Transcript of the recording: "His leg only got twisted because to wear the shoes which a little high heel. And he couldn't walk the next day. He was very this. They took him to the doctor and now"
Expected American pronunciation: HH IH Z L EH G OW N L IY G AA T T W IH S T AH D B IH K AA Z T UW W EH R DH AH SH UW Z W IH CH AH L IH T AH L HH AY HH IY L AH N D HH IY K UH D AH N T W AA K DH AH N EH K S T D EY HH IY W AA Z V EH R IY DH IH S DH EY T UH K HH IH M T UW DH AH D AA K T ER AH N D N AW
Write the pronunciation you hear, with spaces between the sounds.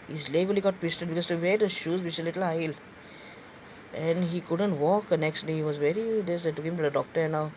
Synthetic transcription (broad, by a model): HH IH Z L EH G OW L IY G AA T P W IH S T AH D B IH K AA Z T UW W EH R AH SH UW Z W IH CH AH L IH T AH L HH AY L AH N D HH IY K UH D AH N T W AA K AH N EH K S T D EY HH IY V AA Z V EH R IY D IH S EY T UH K HH IH M T UW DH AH D AA K T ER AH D N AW